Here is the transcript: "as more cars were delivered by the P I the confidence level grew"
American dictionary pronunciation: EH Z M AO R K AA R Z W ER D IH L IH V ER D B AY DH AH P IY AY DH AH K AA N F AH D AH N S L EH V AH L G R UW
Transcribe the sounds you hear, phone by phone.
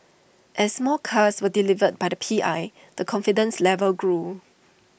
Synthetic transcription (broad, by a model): EH S M AO L K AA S W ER D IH L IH V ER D B AY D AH P IY AY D AH K AA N F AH D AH N S L EH V AH L G R UW